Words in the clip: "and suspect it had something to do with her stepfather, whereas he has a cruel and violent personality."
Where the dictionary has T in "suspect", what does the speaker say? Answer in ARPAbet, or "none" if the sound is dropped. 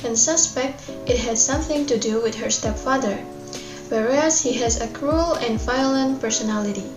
T